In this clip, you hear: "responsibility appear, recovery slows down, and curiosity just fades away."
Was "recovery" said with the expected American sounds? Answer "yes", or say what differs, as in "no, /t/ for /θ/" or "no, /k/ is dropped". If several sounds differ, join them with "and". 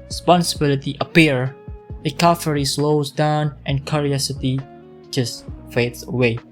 no, /f/ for /v/